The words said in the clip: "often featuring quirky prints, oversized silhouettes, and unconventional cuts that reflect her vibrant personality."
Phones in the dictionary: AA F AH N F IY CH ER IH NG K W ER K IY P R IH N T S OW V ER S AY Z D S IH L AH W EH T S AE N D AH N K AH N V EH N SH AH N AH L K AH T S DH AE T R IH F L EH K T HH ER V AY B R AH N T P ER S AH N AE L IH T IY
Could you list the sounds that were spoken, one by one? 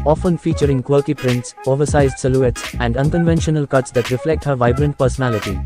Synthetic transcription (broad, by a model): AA F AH N F IY CH ER IH NG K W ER K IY P R IH N T S OW V ER S AY Z D S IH L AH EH T S AE N D AH N K AH N V EH N SH AH N AH L K AH T S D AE T R IH F L EH K T HH ER V AY B R AH N T P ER S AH N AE L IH T IY